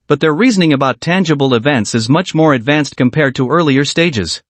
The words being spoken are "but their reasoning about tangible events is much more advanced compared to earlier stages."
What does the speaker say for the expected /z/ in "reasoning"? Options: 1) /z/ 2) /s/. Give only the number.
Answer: 1